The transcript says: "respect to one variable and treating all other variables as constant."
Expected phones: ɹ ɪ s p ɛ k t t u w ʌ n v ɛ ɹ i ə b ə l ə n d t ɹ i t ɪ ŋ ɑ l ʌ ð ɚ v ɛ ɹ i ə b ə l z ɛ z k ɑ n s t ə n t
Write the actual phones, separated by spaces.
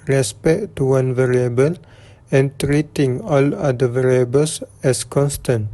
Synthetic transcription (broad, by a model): ɹ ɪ s p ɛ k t t u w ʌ n v ɛ ɹ i ə b ə l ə n t ɹ i t ɪ ŋ ɑ l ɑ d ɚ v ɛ ɹ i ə b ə l s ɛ s k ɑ n s t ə n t